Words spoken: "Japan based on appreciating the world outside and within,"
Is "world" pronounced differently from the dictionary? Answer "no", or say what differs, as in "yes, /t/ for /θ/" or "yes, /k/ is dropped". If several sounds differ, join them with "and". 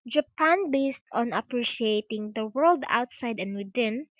no